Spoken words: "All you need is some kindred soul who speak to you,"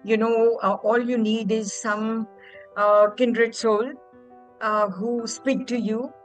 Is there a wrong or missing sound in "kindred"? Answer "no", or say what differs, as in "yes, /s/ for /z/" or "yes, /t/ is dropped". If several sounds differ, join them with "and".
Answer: no